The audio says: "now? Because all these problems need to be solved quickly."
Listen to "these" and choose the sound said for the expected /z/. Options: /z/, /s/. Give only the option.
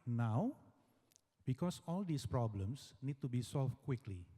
/s/